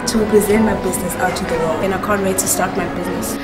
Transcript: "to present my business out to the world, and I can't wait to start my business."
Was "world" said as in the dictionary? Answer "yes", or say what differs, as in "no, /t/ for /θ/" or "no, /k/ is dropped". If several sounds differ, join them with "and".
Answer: no, /d/ is dropped